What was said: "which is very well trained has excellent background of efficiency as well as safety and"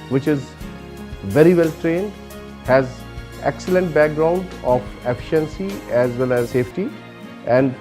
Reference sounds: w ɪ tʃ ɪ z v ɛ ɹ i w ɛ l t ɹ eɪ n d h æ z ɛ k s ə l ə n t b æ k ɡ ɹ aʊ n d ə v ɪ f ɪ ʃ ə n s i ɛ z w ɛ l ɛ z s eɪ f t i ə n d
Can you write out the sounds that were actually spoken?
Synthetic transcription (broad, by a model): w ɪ tʃ ɪ z v ɛ ɹ i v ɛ l t ɹ eɪ n d h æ z ɛ k s ə l ə n t b æ k ɡ ɹ aʊ n d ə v ɪ f ɪ ʃ ə n s i ɛ z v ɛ l ɛ z s eɪ f t i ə n d